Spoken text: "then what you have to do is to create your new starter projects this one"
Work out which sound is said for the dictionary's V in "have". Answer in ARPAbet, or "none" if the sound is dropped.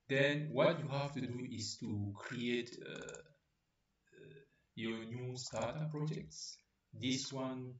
F